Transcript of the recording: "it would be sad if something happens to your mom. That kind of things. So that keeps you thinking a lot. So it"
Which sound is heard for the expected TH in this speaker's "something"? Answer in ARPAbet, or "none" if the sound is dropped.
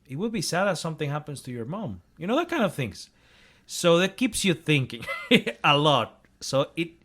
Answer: TH